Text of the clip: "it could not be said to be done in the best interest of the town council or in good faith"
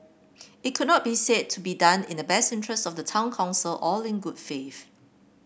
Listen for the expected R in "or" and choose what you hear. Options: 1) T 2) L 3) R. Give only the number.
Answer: 2